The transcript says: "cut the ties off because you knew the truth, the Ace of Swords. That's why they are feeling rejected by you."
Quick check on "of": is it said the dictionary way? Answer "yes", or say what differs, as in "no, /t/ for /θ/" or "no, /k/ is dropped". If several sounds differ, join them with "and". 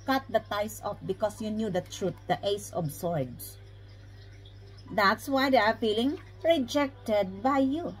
no, /b/ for /v/